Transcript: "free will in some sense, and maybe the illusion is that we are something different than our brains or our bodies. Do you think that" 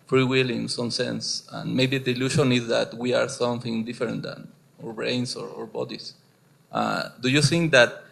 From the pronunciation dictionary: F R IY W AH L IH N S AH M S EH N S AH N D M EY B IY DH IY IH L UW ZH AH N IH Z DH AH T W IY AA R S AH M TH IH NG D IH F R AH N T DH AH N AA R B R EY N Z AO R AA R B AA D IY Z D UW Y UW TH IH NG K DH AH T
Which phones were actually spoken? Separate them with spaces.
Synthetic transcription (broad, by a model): F R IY W AH L IH N S AH M S EH N S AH N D M EY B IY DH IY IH L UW SH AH N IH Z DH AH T W IY AA R S AH M TH IH NG D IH F R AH N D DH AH N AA R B R EY N S AO R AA R B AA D IY S D UW Y UW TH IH NG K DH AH T